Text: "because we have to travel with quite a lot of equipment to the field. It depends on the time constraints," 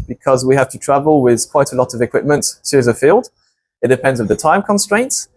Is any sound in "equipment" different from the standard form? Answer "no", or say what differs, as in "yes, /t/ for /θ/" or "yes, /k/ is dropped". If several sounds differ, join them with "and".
no